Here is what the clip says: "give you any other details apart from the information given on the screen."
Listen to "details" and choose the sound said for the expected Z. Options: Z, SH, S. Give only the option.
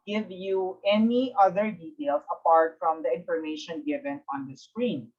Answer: S